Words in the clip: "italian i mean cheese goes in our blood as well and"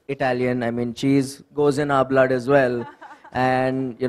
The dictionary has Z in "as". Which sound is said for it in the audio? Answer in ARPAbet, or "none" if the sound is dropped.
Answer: Z